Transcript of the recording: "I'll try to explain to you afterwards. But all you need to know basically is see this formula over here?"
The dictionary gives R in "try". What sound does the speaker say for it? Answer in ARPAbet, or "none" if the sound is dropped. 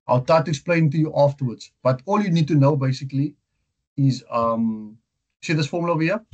none